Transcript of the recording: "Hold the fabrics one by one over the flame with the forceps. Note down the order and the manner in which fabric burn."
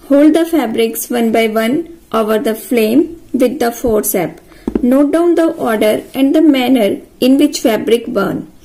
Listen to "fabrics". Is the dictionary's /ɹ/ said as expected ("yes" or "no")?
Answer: yes